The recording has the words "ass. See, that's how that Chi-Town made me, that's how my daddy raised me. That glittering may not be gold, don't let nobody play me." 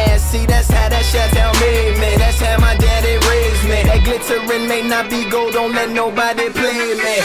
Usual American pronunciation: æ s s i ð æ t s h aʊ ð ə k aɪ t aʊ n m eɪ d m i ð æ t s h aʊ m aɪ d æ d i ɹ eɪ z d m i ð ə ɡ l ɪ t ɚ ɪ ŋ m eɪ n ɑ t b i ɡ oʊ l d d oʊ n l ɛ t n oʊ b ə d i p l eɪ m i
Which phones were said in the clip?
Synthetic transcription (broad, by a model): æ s s i ð æ t s h aʊ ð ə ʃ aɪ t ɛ l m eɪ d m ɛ ð æ t s h aʊ m aɪ d æ d i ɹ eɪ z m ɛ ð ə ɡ l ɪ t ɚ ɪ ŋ m eɪ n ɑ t b i ɡ oʊ l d d oʊ n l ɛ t n oʊ b ə d i p l eɪ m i